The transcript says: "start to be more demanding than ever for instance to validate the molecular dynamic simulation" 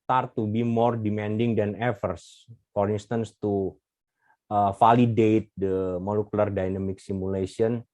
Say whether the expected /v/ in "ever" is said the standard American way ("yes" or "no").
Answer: no